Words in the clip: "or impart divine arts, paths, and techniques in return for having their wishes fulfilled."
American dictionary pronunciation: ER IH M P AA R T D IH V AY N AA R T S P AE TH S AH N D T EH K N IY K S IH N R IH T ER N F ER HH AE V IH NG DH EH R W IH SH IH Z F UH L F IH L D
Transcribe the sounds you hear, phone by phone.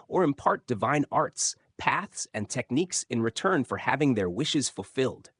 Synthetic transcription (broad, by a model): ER IH M P AA R T D IH V AY N AA R T S P AE TH S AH N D T EH K N IY K S IH N R IH T ER N F ER HH AE V IH NG DH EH R W IH SH IH Z F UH L F IH L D